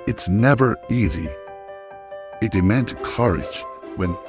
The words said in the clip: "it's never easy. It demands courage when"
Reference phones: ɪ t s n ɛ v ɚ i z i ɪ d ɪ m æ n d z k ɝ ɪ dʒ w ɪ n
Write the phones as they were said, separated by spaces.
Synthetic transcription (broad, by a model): ɪ t s n ɛ v ɚ i z i ɪ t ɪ m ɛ n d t k ɝ ɪ dʒ w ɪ n